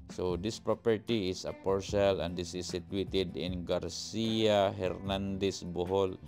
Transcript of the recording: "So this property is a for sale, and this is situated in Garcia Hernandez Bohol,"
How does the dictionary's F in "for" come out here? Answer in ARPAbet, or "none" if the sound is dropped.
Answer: P